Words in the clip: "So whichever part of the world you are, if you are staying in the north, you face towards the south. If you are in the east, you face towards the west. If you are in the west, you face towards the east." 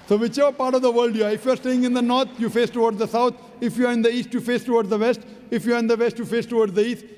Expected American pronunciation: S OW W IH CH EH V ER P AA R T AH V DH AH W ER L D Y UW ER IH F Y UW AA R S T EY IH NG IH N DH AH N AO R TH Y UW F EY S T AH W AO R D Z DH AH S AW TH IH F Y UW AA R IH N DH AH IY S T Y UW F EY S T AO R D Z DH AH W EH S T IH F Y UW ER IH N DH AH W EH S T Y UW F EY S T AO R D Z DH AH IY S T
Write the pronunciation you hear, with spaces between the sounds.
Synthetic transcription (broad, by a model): S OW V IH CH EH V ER P AA R T AH V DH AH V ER L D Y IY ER IH F Y UW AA R S T EY IH NG IH N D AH N AO R T Y UW F EY S T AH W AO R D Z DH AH S AW T IH F Y UW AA R IH N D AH IY S T Y UW F EY S T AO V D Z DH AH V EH S T IH F Y UW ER IH N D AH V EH S T Y UW F EY S T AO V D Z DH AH IY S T